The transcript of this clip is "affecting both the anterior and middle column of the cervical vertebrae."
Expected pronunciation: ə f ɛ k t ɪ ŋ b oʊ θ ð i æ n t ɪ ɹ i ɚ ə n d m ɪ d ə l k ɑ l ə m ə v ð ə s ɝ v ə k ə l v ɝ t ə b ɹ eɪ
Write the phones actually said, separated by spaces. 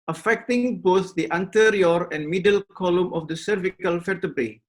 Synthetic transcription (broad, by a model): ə f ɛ k t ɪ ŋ b oʊ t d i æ n t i ɹ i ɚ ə n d m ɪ d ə l k ɑ l ə m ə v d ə s ɝ v ə k ə l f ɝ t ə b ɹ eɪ